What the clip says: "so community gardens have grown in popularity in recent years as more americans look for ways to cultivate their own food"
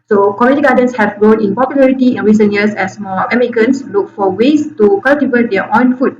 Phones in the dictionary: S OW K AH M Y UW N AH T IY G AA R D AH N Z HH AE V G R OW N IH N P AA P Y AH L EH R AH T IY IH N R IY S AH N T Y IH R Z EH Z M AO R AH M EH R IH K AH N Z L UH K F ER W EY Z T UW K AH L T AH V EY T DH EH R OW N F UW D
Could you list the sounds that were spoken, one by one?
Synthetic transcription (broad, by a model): S OW K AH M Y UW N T IY G AA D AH N S HH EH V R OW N IH N P AA P Y AH L EH R AH T IY IH N R IY S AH N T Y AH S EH S M AO L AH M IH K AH N S L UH K F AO W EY S T UW K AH L T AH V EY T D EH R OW N F UW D